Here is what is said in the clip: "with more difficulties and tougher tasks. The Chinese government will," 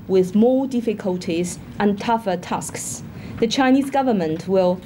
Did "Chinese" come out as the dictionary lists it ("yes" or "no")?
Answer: yes